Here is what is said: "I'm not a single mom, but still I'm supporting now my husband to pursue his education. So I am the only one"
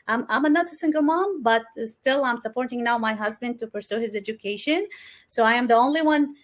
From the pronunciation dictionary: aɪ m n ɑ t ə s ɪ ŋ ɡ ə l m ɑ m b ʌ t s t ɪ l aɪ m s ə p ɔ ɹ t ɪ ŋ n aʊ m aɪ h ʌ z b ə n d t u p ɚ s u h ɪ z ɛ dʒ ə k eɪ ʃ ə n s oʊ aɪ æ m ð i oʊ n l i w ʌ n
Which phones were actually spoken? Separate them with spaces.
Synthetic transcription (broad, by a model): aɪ m n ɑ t ə s ɪ ŋ ɡ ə l m ɑ m b ʌ t s t ɪ l aɪ m s ə p ɔ ɹ t ɪ ŋ n aʊ m aɪ h ʌ z b ə n d t u p ɚ s u h ɪ z ɛ dʒ ə k eɪ ʃ ə n s oʊ aɪ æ m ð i oʊ n l i w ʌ n